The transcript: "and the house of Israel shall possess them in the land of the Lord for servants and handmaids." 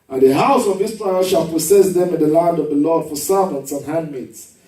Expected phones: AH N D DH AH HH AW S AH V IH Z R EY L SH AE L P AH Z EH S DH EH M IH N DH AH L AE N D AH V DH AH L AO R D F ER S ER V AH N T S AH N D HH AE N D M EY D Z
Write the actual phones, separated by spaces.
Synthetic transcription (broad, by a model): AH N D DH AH HH AW S AH V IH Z R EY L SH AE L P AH S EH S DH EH M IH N DH AH L AE N D AH V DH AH L AO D F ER S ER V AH N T S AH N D HH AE N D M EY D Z